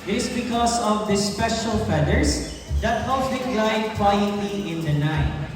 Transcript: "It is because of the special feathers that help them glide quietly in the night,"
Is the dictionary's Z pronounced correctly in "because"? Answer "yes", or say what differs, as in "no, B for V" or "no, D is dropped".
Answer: no, S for Z